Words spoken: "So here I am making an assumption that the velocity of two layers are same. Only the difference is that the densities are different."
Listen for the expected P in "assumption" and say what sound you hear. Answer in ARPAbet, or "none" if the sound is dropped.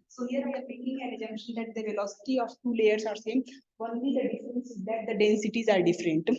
none